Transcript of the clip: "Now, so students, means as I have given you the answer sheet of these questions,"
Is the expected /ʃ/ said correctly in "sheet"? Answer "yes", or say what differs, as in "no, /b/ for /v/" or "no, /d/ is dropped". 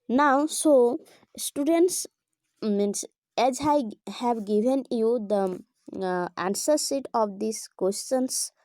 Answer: no, /s/ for /ʃ/